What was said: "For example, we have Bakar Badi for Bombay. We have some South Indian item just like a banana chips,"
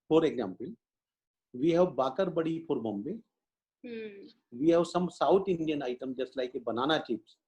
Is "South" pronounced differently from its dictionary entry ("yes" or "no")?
yes